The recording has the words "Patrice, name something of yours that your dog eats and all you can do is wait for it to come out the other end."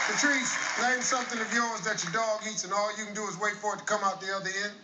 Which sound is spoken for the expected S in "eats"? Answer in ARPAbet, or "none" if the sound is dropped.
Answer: S